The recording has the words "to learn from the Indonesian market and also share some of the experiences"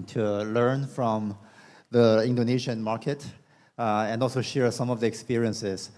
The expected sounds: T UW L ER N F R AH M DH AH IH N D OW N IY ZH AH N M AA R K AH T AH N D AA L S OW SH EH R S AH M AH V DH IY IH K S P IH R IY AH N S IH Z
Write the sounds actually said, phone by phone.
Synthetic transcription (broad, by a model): T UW L ER N F R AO M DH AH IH N D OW N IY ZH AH N M AA R K AH T AH N D AA L S OW SH EH R S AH M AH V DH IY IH K S P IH R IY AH N S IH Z